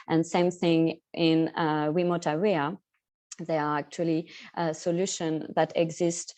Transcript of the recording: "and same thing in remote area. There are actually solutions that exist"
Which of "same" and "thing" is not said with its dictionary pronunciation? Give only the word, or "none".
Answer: none